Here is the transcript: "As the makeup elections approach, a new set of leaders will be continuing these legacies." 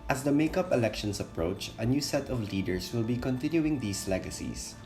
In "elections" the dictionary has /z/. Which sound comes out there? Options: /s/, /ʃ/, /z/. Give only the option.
/s/